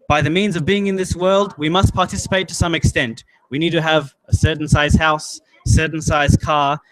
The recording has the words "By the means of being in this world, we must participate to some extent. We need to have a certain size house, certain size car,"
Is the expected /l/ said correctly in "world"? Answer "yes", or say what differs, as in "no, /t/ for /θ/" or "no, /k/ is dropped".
yes